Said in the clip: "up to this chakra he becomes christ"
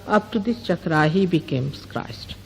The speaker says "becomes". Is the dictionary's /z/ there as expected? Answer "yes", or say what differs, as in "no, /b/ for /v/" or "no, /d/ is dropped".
no, /s/ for /z/